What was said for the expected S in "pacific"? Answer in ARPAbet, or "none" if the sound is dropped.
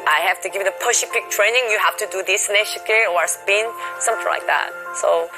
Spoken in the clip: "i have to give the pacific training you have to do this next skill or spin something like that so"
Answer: SH